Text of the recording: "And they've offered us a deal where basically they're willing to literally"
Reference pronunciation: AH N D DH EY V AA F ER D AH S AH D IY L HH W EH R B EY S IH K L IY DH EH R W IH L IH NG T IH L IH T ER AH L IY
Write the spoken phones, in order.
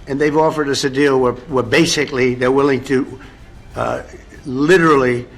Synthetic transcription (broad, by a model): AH N DH EY V AA F ER D AH S AH D IY L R W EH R B EY S IH K L IY DH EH R W IH L IH NG T IH L IH T ER L IY